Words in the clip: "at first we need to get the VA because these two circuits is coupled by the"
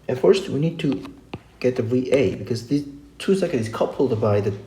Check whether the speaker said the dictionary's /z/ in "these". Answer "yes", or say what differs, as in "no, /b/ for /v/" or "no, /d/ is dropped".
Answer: no, /z/ is dropped